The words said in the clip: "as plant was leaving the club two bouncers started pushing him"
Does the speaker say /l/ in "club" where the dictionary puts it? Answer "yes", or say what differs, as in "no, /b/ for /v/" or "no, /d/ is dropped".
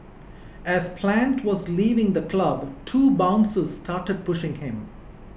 yes